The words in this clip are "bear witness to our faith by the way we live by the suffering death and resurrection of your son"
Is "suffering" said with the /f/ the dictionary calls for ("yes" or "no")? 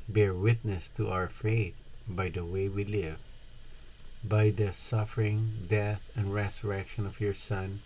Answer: yes